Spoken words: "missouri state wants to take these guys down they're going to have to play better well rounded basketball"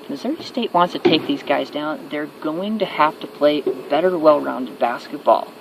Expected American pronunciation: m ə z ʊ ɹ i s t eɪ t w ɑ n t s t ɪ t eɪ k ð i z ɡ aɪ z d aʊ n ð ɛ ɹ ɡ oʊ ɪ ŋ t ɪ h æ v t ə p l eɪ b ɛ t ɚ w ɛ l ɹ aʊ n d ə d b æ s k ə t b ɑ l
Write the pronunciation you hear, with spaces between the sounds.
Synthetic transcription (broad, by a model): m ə z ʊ ɹ i s t eɪ t w ɑ n t s t ɪ t eɪ k ð i z ɡ aɪ z d aʊ n ð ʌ ɹ ɡ oʊ ɪ ŋ t ɪ h æ f t ə p l eɪ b ɛ t ɚ w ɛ l ɹ aʊ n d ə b æ s k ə t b ɑ l